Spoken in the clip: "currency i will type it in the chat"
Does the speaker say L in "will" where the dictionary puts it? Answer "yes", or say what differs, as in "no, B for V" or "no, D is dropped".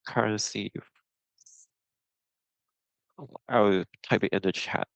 no, W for L